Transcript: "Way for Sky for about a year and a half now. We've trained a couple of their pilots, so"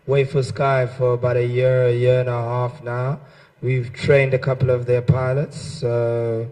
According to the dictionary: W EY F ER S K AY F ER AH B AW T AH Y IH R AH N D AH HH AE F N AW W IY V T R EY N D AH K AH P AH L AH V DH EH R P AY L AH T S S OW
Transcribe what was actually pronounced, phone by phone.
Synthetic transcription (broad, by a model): W EY F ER S K AY F ER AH B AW T AH Y IH R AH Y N AH HH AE F N AW W IY V T R EY N D AH K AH P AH L AH V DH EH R P AY L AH T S S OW